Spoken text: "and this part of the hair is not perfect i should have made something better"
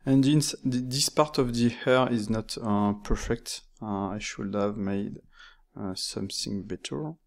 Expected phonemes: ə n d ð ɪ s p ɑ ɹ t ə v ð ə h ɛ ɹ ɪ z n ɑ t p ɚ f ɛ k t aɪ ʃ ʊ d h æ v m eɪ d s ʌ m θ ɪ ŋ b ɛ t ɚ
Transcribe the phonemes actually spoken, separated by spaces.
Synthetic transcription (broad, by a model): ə n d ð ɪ s p ɑ ɹ t ə v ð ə h ɛ ɹ ɪ z n ɑ t p ɚ f ɛ k t aɪ ʃ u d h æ v m eɪ d s ʌ m θ ɪ ŋ b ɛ t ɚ